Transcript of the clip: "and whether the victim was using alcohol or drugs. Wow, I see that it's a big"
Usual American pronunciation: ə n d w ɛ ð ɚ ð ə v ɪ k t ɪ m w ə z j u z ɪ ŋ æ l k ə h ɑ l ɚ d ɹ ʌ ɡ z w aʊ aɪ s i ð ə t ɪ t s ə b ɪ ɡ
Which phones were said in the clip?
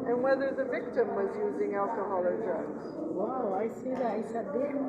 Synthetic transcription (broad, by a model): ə n w ɛ ð ɚ ð ə v ɪ k t ɪ m w ə z j u z ɪ ŋ æ l k ə h ɑ l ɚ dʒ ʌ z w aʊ aɪ s i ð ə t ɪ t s ə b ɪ